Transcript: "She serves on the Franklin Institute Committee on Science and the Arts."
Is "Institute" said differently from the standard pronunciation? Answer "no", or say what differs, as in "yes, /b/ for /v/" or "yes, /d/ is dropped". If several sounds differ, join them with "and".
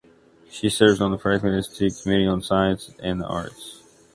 yes, /n/ is dropped